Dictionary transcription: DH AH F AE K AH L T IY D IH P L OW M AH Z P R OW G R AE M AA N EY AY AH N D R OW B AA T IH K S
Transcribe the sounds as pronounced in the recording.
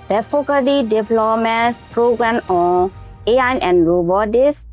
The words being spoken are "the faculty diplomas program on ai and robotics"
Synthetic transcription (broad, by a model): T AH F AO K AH T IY D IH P L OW M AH S P R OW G R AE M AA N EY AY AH N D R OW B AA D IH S